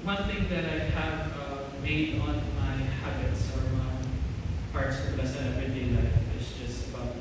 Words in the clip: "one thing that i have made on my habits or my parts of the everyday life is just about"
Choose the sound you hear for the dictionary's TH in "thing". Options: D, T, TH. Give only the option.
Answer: TH